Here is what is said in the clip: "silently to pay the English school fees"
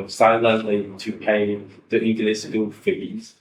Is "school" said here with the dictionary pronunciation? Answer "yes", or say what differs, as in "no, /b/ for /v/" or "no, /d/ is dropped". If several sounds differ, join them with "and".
no, /k/ is dropped